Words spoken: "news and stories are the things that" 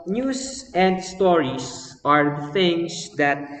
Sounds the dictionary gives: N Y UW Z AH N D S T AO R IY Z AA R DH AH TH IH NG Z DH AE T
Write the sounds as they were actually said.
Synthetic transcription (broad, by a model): N Y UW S AH N D S T AO R IY S AA R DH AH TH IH NG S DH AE T